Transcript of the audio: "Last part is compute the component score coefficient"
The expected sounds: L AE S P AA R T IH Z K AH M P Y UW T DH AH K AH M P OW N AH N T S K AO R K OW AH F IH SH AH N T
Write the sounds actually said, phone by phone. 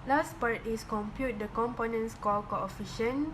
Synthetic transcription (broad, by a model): L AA S P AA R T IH S K AH M P Y UW T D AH K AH M P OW N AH N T S K AO L K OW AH F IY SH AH N